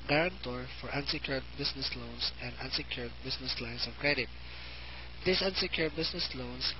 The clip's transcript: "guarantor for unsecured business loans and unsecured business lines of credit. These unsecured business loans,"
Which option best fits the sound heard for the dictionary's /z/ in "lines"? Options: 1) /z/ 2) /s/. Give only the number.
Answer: 2